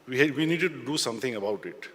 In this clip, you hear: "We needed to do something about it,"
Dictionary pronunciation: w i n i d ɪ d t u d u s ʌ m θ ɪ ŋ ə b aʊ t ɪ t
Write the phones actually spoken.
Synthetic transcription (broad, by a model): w i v i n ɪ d t u d u s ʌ m t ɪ ŋ ə b aʊ t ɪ t